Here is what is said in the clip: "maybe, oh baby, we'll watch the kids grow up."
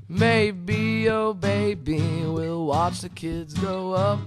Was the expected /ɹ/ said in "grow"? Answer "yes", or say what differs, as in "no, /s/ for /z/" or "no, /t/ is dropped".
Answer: no, /ɹ/ is dropped